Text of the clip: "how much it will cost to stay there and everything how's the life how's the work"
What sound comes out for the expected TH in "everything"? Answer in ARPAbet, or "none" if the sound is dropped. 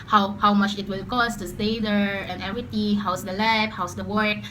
T